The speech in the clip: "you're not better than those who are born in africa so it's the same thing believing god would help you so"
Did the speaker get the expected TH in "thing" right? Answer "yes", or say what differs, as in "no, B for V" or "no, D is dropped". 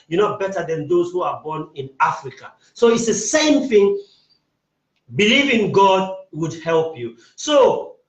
yes